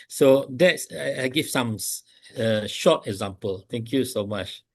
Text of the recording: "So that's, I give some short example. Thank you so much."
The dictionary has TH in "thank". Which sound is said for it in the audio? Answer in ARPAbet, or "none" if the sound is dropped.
T